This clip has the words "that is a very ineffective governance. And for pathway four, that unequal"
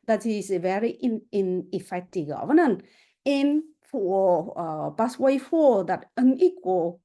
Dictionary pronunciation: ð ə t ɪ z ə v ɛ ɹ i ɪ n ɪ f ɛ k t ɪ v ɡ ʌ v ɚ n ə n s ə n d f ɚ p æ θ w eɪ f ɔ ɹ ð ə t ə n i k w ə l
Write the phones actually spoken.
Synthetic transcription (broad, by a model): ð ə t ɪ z ə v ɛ ɹ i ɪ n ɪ f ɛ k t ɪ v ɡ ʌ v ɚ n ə n ə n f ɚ b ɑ s w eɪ f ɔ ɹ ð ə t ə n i k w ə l